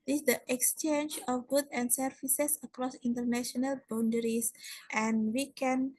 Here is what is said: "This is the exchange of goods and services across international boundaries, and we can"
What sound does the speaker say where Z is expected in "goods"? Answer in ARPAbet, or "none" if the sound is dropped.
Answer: none